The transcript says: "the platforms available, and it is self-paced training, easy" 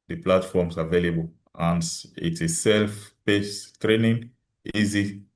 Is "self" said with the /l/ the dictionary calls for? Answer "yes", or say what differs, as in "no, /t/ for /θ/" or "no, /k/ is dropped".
yes